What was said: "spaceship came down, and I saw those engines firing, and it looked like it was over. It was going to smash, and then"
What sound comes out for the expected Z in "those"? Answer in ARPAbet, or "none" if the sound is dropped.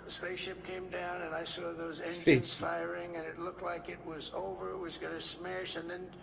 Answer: Z